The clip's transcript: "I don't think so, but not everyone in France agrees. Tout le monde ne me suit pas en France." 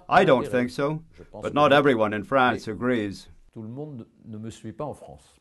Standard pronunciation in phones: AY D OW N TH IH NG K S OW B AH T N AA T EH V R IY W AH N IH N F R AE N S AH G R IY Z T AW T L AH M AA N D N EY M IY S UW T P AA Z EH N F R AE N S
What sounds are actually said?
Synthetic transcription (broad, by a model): AY D OW N TH IH NG K S OW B AH T N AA T EH V R IY W AH N IH N F R AE N S AH G R IY Z T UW L AH M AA D N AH M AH S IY P AA AA F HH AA S